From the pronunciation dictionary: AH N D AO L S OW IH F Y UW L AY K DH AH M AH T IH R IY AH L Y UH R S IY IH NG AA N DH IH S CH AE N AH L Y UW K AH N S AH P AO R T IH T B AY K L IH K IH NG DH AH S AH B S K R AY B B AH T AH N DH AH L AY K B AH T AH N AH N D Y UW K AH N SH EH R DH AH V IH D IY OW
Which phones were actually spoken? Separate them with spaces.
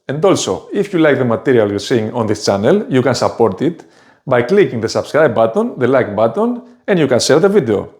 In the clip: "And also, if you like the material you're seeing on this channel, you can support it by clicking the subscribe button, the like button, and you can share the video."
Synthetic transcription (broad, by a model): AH N D AO L S OW IH F Y UW L AY K DH AH M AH T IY R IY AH L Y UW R S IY NG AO N DH IH S CH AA N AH L Y UW K AH N S AH P AO R T IH T B AY K L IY K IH NG DH AH S AH B S K R AY B B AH T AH N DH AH L AY K B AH T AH N AH N D Y UW K AH N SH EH L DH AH V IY D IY OW